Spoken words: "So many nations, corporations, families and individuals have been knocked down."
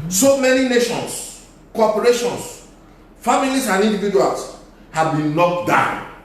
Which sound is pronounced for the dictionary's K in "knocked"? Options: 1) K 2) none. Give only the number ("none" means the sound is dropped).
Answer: 2